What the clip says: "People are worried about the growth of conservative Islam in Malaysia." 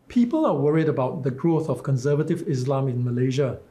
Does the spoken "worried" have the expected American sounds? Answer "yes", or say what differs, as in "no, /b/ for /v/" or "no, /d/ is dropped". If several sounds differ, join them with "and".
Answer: yes